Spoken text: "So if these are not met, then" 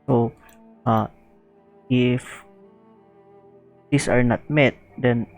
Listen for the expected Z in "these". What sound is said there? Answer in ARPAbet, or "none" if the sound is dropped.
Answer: S